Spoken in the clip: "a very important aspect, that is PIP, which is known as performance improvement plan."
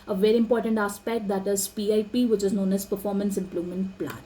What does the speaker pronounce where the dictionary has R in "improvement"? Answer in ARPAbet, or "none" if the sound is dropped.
L